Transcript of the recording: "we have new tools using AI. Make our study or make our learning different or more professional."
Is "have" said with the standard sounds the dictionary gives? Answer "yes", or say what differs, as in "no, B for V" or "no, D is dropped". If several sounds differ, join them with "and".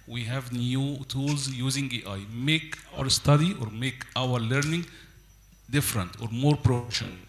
yes